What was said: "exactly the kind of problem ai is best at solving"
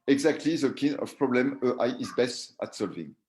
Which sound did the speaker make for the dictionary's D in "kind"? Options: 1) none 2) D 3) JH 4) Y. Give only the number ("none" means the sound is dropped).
1